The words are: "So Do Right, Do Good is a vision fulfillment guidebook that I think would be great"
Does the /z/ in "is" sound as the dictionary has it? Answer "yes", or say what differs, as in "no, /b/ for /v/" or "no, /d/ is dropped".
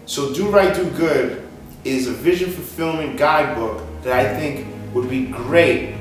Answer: yes